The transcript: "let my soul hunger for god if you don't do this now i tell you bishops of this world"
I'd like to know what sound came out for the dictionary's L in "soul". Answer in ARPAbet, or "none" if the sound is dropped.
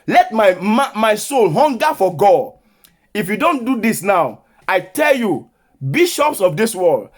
L